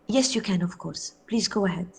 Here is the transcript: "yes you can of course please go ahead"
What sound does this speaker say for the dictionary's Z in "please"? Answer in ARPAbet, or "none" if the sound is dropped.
Z